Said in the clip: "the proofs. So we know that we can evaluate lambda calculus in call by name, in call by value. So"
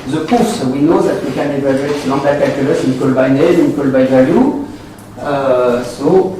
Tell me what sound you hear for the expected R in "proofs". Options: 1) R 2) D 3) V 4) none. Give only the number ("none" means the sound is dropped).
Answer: 4